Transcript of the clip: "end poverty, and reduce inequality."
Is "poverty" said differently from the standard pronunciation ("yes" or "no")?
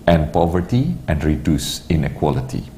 no